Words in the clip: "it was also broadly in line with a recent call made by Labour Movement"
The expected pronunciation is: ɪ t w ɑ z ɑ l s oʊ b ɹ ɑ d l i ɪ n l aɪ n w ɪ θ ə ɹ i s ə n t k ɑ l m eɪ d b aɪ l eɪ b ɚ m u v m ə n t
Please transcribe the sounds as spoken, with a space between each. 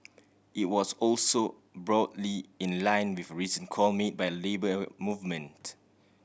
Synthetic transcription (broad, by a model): ɪ t w ɑ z ɑ l s oʊ b ɹ ɑ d l i ɪ n l aɪ n w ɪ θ ə ɹ i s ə n k ɑ l m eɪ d b aɪ l eɪ b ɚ m u v m ə n t